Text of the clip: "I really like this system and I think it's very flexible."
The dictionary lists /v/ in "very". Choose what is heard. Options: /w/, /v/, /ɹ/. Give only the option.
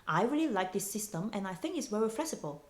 /w/